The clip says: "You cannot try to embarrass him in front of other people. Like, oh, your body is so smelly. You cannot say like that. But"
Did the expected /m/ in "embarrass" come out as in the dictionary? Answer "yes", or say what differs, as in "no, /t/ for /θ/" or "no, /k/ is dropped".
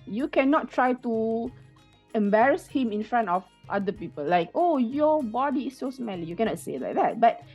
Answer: yes